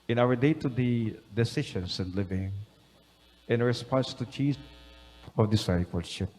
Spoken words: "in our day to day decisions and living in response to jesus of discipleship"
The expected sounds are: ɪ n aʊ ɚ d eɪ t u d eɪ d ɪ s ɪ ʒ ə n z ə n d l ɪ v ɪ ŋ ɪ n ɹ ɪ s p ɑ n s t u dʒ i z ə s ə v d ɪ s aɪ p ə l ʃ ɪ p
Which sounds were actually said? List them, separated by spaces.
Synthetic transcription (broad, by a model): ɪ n aʊ ɚ d eɪ t u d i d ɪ s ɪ ʃ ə n s ə n d l ɪ v ɪ ŋ ɪ n ɹ ɪ s p ɑ n s t u tʃ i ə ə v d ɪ s aɪ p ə l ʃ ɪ p